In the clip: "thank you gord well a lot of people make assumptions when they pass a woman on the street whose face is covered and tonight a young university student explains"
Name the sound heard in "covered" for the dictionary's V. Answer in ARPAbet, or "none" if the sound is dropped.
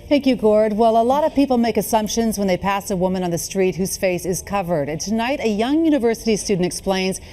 V